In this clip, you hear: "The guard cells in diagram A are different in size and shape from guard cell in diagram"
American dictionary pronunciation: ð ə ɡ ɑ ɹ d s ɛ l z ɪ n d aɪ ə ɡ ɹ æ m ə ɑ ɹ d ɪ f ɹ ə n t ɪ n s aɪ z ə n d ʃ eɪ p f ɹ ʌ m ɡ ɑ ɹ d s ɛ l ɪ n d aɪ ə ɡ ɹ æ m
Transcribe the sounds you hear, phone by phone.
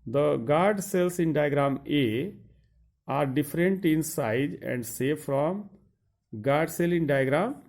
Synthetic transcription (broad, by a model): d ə ɡ ɑ ɹ d s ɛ l s ɪ n d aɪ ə ɡ ɹ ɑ m ə ɑ ɹ d ɪ f ɹ ə n t ɪ n s aɪ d ə n d s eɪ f ɹ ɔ m ɡ ɑ ɹ d s ɛ l ɪ n d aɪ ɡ ɹ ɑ m